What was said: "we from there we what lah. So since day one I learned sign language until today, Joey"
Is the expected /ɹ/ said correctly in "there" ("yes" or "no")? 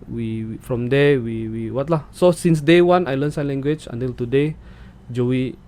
no